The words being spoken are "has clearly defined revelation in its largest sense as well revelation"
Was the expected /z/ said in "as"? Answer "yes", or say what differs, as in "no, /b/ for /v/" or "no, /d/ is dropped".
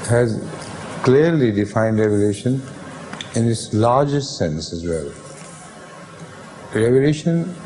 yes